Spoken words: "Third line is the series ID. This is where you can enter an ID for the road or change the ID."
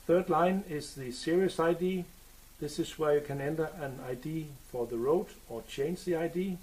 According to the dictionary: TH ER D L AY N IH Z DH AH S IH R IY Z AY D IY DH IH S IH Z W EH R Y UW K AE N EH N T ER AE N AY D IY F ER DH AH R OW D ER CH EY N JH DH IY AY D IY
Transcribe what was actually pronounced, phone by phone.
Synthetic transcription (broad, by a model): TH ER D L AY N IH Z DH AH S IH R IY S AY D IY DH IH S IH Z W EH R Y UW K AE N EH N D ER AE N AY D IY F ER DH AH R OW D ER CH EY N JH DH IY AY D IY